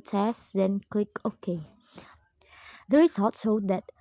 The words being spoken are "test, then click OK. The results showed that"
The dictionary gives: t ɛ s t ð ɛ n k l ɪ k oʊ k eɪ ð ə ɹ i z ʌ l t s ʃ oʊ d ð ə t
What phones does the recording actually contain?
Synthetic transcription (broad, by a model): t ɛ s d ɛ n k l ɪ k oʊ k eɪ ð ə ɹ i s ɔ t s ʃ oʊ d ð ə t